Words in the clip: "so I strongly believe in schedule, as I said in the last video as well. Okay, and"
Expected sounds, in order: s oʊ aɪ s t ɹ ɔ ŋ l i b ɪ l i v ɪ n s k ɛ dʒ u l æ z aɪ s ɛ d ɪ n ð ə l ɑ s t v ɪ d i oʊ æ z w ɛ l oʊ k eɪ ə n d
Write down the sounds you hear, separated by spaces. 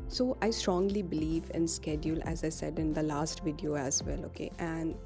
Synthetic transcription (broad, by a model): s oʊ aɪ s t ɹ ɔ ŋ l i b ɪ l i v ɪ n s k ɛ dʒ u l æ z aɪ s ɛ d ɪ n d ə l ɑ s t v ɪ d i oʊ æ z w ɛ l oʊ k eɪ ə n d